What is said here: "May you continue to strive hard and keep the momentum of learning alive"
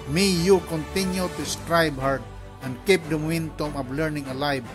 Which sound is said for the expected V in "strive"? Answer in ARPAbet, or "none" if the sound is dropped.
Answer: B